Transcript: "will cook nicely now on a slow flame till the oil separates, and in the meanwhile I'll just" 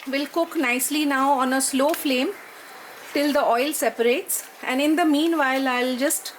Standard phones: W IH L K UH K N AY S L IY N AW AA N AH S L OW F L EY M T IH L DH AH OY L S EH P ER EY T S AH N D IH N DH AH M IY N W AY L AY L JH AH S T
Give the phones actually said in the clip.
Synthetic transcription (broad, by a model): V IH L K UH K N AY S L IY N AW AA N AH S L OW F L EY M T IH L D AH OY L S EH P ER EY T S AH N D IH N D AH M IY N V AY L AY L JH AH S T